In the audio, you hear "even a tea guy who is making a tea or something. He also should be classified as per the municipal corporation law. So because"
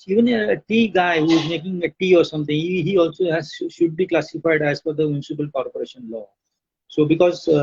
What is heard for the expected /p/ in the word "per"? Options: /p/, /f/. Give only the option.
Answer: /f/